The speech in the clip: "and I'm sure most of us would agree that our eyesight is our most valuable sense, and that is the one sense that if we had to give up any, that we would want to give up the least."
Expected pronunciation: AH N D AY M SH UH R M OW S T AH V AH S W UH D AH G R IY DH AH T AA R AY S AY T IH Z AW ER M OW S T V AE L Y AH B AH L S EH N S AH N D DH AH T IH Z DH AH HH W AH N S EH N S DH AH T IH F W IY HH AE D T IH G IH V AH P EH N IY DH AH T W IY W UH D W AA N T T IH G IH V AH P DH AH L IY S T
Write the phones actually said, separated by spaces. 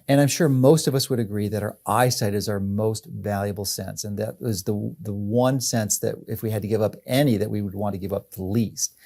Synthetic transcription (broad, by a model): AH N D AY M SH UH R M OW S T AH V AH S W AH D AH G R IY DH AH T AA R AY S AY T IH Z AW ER M OW S T V AE L Y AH B L S EH N S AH N DH AH T IH Z DH AH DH W AH N S EH N S DH AH T IH F W IY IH D T IH G IH V AH P EH N IY DH AH T W IY W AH D W AA N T T IH G IH V AH P DH AH L IY S T